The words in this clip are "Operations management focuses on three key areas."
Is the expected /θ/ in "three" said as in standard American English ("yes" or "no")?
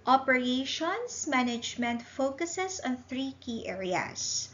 yes